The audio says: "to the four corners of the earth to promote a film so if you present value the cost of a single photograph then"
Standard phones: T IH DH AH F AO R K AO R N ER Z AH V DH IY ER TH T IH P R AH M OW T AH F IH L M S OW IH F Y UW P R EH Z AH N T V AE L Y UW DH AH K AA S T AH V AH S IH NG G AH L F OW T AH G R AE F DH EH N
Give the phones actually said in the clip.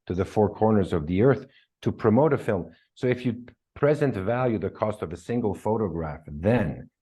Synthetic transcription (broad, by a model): T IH DH AH F AO R K AO R N ER Z AH V DH IY ER TH T IH P R AH M OW T AH F IH L M S OW IH F Y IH P R EH Z AH N T V AE L Y UW DH AH K AA S T AH V AH S IH NG G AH L F OW T AH G R AE F DH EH N